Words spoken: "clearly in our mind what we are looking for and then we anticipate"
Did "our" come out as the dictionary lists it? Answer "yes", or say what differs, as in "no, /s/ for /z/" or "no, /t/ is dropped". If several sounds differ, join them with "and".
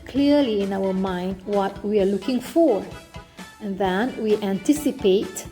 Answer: no, /w/ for /ɹ/